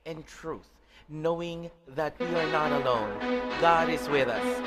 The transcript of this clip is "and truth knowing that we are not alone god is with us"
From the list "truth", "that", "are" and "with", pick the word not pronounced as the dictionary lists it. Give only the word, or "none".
none